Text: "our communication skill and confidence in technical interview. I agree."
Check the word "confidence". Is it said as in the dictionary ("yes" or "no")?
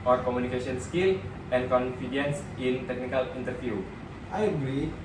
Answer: yes